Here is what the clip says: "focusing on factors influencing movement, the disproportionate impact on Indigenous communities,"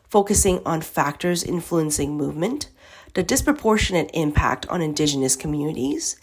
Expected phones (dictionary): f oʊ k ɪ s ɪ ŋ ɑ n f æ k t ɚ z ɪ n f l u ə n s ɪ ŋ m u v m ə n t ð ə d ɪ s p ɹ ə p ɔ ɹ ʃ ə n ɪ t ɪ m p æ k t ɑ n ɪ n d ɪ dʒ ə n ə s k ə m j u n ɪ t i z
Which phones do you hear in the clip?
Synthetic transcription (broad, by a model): f oʊ k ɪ s ɪ ŋ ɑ n f æ k t ɚ z ɪ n f l u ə n s ɪ ŋ m u v m ə n t ð ə d ɪ s p ɹ ə p ɔ ɹ ʃ ə n ɪ t ɪ m p æ k t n ɪ n d ɪ dʒ ə n ə s k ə m j u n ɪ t i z